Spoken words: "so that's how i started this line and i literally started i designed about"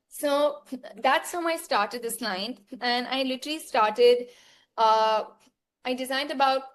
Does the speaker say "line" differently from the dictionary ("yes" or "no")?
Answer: yes